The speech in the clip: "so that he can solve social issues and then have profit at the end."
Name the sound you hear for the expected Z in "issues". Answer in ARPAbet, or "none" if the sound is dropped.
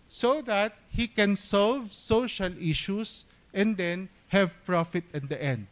S